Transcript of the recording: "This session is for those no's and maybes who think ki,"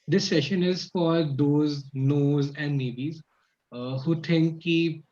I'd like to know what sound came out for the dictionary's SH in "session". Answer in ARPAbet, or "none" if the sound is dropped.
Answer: SH